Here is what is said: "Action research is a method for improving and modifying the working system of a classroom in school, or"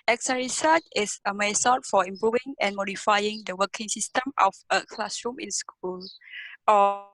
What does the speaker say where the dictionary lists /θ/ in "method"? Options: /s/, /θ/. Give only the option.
/s/